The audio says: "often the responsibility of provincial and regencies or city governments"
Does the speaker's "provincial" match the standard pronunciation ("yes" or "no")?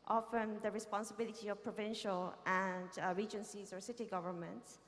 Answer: yes